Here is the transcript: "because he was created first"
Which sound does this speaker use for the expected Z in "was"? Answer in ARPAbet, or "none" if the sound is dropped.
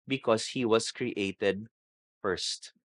S